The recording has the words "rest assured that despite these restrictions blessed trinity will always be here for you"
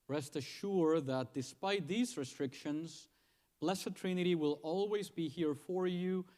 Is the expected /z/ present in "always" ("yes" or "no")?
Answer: yes